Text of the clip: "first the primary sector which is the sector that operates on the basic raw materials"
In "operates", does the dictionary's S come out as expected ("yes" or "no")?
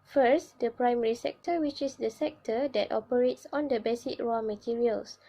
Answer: yes